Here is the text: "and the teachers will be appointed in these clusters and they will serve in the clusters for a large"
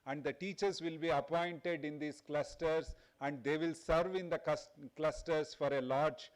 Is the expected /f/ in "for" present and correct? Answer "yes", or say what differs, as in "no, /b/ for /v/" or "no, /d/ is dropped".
yes